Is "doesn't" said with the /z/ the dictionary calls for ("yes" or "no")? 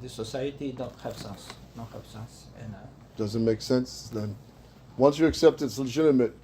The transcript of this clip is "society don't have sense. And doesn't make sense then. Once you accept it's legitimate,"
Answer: yes